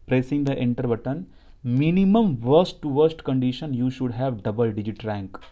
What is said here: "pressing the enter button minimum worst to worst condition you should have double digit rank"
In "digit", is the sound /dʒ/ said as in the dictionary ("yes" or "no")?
yes